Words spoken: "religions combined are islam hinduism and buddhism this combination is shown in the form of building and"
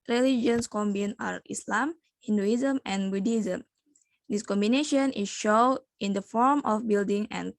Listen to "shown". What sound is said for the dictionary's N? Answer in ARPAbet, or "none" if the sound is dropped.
none